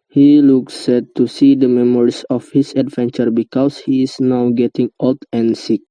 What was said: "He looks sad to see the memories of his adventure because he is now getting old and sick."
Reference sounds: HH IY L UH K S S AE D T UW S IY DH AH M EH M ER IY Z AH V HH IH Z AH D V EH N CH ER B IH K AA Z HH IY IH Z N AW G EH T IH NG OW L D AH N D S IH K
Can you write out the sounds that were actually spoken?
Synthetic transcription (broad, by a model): HH IY L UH K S S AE T UW S IY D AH M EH M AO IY S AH F HH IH S AH D V EH N CH ER B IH K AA S HH IY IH S N AW G EH T IH NG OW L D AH N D S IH K